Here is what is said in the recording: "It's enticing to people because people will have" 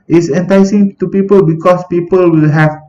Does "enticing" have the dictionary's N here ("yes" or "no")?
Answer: yes